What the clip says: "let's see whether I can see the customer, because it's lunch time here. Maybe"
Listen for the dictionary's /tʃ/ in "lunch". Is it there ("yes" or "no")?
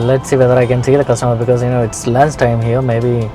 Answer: no